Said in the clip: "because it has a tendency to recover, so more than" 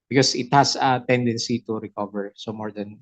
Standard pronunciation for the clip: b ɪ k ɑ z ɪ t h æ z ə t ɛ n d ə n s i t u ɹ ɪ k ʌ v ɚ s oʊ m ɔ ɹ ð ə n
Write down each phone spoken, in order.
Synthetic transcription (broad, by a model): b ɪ k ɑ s ɪ t h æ s ə t ɛ n d ə n s i t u ɹ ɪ k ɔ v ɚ s oʊ m ɔ ɹ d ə n